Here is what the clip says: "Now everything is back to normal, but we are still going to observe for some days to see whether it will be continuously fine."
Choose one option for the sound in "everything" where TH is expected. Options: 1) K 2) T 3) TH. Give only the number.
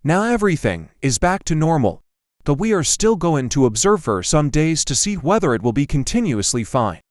3